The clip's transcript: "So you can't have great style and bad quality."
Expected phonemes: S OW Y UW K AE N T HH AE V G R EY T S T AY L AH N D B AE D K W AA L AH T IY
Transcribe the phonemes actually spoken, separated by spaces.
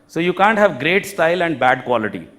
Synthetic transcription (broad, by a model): S OW Y UW K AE N T HH AE V G R EY T S T AY L AH N D B AE D K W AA L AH T IY